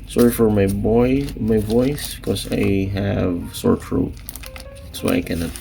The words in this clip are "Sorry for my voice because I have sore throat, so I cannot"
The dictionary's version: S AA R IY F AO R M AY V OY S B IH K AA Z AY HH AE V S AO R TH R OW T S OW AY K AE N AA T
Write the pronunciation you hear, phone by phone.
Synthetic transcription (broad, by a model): S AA R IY F AO R M AY B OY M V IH K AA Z AY HH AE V S AO R F R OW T S OW AY K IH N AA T